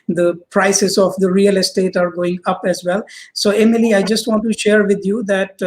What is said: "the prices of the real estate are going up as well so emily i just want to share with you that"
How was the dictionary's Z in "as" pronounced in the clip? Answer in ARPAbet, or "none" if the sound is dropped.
Z